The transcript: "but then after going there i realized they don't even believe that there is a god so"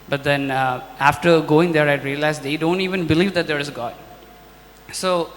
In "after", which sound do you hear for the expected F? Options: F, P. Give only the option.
F